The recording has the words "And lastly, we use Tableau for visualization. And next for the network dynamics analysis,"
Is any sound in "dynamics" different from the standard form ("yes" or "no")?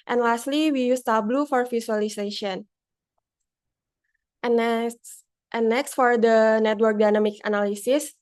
yes